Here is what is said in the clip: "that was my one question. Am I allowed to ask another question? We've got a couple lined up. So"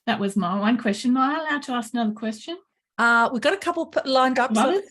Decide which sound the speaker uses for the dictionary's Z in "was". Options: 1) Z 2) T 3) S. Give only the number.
1